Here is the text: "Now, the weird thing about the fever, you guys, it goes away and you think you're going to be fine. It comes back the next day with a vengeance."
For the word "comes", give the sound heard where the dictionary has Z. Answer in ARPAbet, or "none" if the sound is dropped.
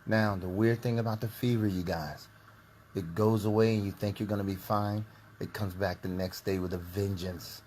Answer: Z